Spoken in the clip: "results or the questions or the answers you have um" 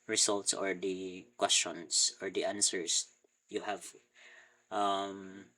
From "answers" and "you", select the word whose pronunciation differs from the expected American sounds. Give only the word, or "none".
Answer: answers